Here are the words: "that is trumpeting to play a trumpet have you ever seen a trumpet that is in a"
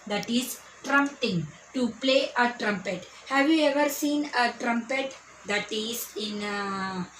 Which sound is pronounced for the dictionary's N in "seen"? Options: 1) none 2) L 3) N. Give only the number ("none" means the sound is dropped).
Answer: 3